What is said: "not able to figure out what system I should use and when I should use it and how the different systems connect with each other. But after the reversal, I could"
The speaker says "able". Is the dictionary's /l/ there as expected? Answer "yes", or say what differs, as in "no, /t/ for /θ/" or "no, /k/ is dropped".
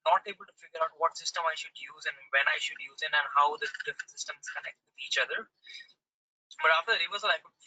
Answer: yes